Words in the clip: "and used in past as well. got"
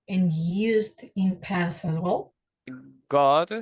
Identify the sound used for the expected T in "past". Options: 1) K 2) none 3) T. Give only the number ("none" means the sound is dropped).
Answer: 2